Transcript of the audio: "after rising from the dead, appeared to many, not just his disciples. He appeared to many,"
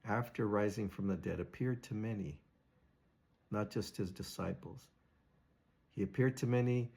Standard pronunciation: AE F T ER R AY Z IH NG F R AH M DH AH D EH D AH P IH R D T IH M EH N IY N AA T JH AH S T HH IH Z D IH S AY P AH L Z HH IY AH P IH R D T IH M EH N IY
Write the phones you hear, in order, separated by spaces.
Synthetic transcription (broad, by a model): AE F T ER R AY Z IH NG F R AH M DH AH D EH D AH P IH R D T IH M EH N IY N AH T JH AH S T HH IH Z D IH S AY P L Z HH IY AH P IH R D T IH M EH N IY